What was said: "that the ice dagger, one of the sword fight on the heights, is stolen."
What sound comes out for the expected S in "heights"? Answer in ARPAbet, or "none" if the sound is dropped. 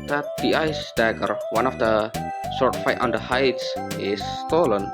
S